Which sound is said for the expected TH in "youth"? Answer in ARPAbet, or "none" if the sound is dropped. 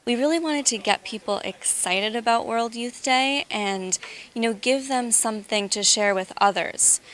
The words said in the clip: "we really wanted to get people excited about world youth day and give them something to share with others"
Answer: TH